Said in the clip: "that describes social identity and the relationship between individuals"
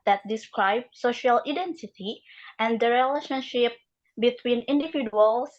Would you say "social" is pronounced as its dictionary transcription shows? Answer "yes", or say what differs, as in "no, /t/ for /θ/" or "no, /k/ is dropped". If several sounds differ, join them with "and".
yes